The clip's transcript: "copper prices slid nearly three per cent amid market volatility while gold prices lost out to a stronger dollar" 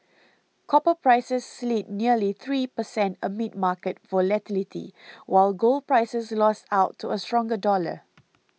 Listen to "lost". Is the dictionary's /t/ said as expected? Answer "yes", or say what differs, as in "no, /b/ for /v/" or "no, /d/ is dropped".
yes